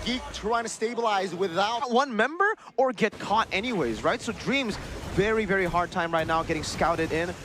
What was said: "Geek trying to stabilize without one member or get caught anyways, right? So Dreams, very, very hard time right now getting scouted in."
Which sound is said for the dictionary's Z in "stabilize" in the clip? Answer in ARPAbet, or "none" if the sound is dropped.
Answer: Z